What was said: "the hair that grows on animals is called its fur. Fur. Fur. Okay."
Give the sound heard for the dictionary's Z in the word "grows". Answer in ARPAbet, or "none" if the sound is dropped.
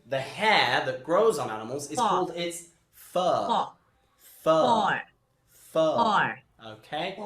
Z